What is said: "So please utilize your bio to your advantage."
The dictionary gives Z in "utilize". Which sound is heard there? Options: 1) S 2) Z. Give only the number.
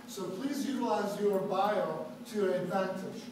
2